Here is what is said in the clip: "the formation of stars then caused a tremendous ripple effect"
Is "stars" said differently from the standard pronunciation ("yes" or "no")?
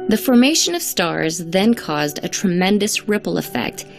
no